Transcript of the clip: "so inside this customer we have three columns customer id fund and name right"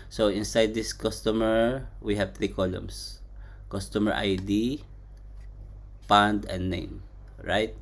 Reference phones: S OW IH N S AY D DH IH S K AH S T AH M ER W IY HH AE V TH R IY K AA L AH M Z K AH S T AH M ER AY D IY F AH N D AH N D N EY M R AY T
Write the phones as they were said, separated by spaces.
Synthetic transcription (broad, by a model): S OW IH N S AY D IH S K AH S T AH M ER W IY HH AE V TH R IY K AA L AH M S K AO S T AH M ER AY D IY P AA N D AH N D N EY M R AY T